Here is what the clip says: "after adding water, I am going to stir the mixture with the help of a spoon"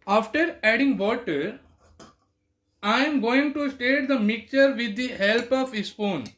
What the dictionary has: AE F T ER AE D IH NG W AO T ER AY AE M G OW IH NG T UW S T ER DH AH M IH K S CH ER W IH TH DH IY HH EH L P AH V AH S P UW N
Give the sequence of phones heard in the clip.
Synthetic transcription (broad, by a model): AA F T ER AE D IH NG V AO T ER AY M G OW IH NG T UW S T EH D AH M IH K CH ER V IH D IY HH EH L P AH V AH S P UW N